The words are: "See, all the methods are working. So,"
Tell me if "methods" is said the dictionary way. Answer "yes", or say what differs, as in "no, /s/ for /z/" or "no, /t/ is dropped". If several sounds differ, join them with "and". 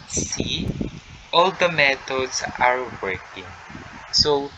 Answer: no, /t/ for /θ/ and /s/ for /z/